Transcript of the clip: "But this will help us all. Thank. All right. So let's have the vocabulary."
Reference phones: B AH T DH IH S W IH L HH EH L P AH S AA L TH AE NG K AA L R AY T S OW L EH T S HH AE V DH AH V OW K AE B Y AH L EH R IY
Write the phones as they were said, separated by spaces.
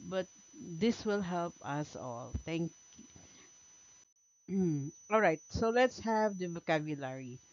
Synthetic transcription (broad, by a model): B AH T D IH S W IH L HH EH L P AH S AA L T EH NG K AA L R AY T S OW L EH T S HH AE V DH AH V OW K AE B Y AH L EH R IY